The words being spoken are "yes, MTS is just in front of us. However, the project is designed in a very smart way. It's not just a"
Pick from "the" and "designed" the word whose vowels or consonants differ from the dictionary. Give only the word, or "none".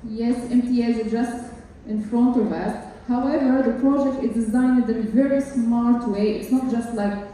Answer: none